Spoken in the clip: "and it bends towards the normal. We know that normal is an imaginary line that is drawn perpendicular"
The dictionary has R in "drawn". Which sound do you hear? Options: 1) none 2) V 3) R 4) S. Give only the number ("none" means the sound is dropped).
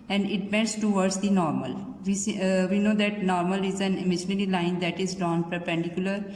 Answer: 1